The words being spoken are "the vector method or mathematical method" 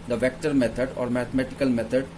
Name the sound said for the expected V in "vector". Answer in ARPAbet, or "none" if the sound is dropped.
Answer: V